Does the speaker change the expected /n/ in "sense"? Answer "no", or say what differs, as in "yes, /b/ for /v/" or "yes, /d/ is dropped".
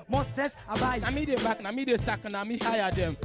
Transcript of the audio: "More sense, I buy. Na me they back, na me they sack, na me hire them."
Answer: yes, /n/ is dropped